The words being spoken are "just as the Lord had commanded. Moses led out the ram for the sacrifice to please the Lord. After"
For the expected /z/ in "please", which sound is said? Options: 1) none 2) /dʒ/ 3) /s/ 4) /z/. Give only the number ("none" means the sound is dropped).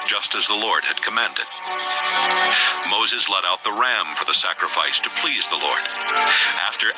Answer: 4